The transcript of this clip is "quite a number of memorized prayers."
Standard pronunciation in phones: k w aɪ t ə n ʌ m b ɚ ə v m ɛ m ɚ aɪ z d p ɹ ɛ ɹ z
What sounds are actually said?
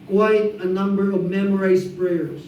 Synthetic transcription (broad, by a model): k w aɪ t ə n ʌ m b ɚ ə v m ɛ m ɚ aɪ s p ɹ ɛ ɹ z